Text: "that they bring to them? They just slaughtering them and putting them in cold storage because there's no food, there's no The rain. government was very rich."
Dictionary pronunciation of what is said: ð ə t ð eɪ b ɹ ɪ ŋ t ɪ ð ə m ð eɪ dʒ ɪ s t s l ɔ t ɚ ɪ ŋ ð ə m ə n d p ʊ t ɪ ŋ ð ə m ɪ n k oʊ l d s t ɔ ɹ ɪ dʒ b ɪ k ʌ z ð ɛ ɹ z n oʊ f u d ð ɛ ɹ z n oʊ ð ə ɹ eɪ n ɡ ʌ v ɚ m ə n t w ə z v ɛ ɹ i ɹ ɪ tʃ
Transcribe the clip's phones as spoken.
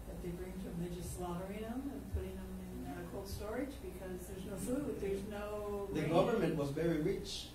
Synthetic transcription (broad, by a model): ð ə t ð eɪ b ɹ ɪ ŋ t ɪ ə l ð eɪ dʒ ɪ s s l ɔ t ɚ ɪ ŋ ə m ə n p ʊ t ɪ ŋ ð ə m ɪ n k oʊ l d s t ɔ ɹ ɪ dʒ b ɪ k ʌ z ð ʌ ɹ z n oʊ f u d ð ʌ ɹ z n oʊ ð ə ɡ ʌ v ɚ m ə n t w ə z v ɛ ɹ i ɹ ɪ tʃ